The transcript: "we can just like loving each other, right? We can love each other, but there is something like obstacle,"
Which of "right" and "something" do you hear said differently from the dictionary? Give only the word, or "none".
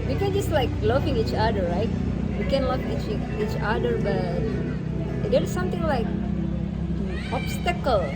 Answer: something